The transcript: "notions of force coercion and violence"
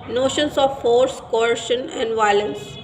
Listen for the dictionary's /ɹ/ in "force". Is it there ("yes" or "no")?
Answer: yes